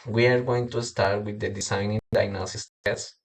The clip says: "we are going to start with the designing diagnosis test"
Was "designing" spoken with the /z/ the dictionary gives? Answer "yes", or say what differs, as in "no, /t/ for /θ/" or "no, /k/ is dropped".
no, /s/ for /z/